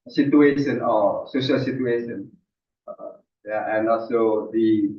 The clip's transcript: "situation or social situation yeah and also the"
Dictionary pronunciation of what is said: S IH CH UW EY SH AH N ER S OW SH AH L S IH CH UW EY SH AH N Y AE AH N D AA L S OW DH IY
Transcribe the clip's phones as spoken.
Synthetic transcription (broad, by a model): S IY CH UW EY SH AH N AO S OW SH AH L S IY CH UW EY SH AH N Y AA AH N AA S OW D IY